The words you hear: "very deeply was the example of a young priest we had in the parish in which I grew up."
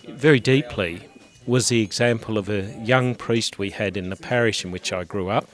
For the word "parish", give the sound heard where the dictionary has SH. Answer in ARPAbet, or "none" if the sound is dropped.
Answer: SH